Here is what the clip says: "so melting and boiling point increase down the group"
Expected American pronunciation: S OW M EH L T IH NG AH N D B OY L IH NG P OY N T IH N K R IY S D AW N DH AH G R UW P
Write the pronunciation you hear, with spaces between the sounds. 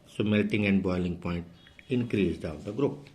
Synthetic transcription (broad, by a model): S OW M EH L T IH NG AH N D B OY L IH NG P OY N T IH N K R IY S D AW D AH G R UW P